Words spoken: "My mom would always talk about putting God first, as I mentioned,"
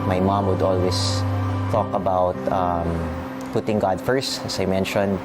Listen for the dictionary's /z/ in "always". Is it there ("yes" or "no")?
no